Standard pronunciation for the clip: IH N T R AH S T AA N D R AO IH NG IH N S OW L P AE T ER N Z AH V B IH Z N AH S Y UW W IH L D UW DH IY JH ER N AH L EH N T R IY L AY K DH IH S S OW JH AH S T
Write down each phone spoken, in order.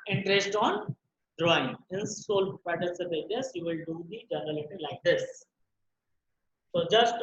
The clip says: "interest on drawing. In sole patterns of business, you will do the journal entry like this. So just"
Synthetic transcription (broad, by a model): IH N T R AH S T AA N D R AO IH NG IH N S OW L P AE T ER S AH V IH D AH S Y UW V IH L D UW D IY JH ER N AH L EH T IY L AY K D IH S S OW JH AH S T